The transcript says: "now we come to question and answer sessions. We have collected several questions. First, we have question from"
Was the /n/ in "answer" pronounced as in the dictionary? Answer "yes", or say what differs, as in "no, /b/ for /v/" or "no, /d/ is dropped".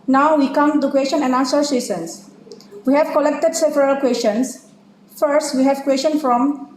no, /n/ is dropped